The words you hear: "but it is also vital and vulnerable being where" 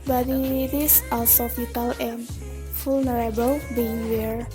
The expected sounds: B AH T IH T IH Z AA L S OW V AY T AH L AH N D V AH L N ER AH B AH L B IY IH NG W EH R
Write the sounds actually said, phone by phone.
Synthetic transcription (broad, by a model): B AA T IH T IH S AA L S OW F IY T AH L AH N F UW L N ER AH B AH L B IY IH NG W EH R